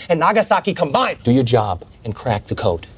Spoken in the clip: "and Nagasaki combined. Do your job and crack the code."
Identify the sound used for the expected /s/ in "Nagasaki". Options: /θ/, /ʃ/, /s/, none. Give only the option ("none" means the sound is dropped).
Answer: /s/